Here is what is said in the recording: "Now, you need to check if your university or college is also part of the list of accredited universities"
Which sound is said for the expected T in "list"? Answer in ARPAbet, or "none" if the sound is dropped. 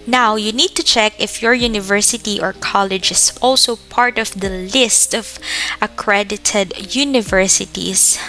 T